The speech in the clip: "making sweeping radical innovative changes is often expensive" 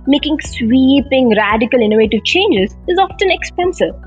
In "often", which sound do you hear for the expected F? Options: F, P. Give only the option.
F